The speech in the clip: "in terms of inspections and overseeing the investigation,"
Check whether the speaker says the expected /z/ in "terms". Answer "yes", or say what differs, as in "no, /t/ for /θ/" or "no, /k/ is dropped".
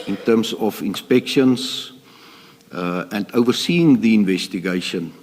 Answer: no, /s/ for /z/